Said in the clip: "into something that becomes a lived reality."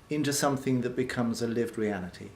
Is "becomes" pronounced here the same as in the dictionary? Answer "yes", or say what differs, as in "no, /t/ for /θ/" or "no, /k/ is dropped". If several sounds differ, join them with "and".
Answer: yes